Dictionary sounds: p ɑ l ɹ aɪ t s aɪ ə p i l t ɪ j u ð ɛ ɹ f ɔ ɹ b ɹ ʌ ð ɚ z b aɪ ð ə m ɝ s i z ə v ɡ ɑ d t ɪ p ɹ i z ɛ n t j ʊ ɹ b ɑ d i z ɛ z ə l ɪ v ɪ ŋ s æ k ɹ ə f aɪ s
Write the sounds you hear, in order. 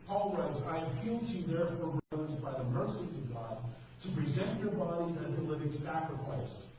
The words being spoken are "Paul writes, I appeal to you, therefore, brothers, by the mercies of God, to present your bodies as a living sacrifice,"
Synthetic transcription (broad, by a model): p ɑ l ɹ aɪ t aɪ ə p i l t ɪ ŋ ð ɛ ɹ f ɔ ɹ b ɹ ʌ ɚ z b aɪ ð ə m ɝ s i ə v ɡ ɑ d t ɪ p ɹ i z ɛ n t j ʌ ɹ b ɑ d i z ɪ z ə l ɪ v ɪ ŋ s æ k ɹ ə f aɪ s